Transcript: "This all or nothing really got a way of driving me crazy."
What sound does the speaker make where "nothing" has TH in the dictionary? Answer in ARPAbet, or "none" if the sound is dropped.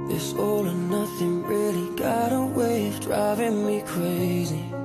TH